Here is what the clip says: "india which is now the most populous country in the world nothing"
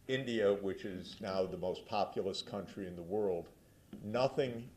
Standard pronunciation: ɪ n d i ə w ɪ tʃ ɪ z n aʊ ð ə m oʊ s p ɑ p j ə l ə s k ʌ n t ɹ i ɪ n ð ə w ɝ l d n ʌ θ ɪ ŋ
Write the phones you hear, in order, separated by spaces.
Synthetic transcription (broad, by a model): ɪ n d i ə w ɪ tʃ ɪ z n aʊ ð ə m oʊ s p ɑ p j l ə s k ʌ n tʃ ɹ i ɪ n ð ə w ɝ l d n ʌ θ ɪ ŋ